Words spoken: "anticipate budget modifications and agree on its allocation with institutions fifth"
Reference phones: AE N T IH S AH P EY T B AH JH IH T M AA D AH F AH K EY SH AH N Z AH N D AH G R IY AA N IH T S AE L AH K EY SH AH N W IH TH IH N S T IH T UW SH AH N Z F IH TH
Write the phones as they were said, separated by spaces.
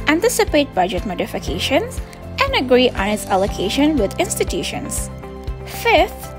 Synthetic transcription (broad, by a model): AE N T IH S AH P EY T B AH JH IH T M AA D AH F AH K EY SH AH N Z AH N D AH G R IY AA N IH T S AE L AH K EY SH AH N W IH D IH N S T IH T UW SH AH N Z F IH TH